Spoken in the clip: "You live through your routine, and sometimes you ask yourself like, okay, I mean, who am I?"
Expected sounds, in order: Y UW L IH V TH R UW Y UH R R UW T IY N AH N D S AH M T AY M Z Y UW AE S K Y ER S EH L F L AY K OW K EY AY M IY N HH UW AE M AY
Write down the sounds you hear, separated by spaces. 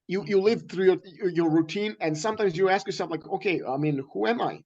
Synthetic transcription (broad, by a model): Y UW L IH V TH R UW Y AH R R UW T IY N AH N S AH M T AY M Z Y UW AE S K Y ER S EH L F L AY K OW K EY AY M IY N HH UW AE M AY